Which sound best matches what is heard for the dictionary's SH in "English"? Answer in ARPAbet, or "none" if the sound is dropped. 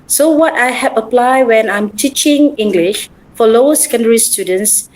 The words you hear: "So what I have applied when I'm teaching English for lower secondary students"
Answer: SH